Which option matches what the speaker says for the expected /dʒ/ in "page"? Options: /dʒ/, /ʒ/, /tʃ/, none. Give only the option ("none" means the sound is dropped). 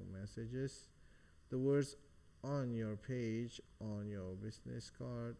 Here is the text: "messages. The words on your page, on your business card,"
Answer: /dʒ/